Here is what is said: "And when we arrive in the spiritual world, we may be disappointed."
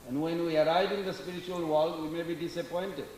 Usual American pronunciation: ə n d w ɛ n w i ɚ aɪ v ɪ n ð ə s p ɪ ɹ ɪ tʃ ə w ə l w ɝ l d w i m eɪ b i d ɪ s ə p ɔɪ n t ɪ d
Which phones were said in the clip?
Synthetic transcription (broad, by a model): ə n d w ɛ n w i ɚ aɪ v ɪ n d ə s p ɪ ɹ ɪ tʃ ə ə l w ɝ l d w i m eɪ b i d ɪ s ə p ɔɪ n t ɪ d